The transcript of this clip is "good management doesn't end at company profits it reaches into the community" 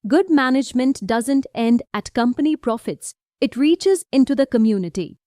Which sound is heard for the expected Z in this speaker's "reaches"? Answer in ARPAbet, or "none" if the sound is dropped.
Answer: Z